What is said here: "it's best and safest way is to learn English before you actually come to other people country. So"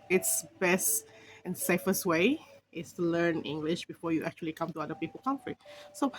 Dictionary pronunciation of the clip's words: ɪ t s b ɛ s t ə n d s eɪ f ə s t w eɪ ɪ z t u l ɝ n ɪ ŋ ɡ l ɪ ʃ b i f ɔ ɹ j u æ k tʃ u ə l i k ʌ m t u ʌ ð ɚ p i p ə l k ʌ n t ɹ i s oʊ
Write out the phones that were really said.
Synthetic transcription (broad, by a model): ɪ t s b ɛ s t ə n s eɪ f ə s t w eɪ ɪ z t u l ɝ n ɪ ŋ ɡ l ɪ ʃ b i f ɔ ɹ j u æ k tʃ u ə l i k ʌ m t u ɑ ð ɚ p i p ə l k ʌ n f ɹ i s oʊ